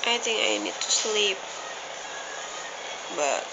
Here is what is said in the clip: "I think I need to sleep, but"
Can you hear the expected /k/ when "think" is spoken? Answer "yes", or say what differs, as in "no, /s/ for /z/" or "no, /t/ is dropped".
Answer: no, /k/ is dropped